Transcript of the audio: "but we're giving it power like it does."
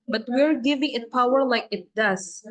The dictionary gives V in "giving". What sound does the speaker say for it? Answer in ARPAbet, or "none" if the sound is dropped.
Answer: V